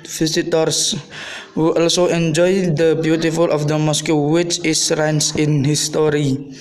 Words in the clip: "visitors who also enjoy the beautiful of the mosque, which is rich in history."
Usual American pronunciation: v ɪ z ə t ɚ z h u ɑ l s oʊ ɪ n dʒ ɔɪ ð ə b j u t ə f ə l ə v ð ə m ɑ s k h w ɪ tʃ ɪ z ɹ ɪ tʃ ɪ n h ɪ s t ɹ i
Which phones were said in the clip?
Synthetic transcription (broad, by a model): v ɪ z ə t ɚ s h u ɑ l s oʊ ɪ n dʒ ɔɪ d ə b j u t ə f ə l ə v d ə m ɑ s k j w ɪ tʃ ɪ s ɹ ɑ s ɪ n h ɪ s t ɹ i